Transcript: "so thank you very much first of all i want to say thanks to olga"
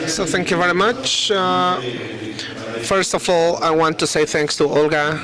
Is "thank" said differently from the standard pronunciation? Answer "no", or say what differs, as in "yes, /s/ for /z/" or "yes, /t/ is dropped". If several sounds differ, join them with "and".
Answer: no